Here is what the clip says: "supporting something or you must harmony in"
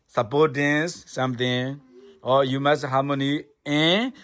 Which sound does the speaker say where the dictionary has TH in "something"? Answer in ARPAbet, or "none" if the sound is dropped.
T